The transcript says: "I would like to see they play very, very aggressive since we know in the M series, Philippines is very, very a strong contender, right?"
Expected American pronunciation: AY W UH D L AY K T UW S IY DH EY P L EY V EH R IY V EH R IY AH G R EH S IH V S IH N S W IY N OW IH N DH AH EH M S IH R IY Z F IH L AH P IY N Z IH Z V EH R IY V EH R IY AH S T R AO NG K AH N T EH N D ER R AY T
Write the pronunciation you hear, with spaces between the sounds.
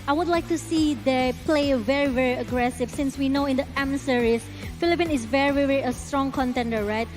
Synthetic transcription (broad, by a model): AY W UH D L AY K T UW S IY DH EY P L EY V EH R IY V EH R IY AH G R EH S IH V S IH N S W IY N OW IH N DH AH EH M S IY R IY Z F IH L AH P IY N IH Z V EH R IY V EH R IY AH S T R AO NG K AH N T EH N D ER R AY T